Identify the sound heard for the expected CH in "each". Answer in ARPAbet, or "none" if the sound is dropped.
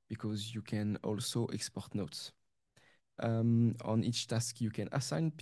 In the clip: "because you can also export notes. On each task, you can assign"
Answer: CH